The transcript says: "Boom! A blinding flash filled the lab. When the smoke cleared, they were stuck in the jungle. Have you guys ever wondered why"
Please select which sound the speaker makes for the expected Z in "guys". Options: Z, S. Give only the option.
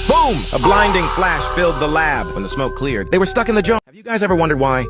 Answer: Z